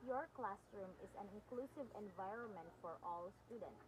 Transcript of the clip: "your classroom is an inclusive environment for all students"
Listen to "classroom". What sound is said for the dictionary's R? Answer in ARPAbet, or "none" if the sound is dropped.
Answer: R